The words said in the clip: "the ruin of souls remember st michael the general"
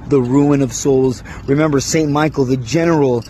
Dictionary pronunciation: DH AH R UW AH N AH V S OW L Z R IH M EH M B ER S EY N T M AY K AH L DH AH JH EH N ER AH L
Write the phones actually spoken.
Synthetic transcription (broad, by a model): DH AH R UW AH N AH V S OW L Z R IH M EH M B ER S EY N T M AY K L DH AH JH EH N ER L